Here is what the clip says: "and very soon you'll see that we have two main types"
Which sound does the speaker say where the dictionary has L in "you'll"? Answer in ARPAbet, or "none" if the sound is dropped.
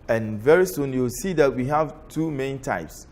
W